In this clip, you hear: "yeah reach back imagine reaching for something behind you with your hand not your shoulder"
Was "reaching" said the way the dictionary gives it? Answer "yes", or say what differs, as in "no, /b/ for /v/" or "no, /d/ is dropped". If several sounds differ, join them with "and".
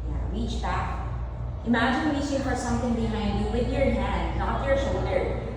no, /w/ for /ɹ/ and /ʃ/ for /tʃ/